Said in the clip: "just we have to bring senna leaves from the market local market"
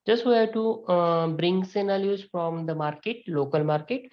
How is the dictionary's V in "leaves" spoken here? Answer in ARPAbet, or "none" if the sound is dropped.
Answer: none